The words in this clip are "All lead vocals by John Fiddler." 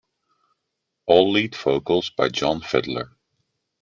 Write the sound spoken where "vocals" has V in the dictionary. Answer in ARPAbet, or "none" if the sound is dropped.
F